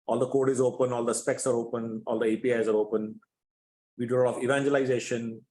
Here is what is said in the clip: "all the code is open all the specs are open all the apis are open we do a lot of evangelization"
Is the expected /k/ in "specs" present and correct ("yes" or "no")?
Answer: yes